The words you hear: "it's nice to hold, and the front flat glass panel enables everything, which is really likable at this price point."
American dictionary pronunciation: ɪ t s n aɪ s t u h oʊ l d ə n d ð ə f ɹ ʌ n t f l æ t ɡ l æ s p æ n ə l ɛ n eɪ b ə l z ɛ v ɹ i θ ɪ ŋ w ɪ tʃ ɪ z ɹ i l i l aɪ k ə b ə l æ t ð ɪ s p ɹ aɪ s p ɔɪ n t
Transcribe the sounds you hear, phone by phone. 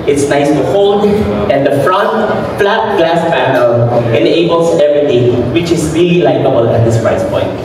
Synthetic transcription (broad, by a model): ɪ t s n aɪ s t u h oʊ l d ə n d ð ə f ɹ ʌ n t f l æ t ɡ l æ s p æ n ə l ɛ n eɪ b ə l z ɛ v ɹ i t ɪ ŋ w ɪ tʃ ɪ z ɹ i l i l aɪ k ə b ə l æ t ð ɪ s p ɹ aɪ s p ɔɪ n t